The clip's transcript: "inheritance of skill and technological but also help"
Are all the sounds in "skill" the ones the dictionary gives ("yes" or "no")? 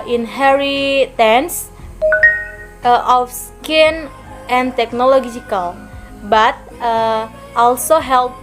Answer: no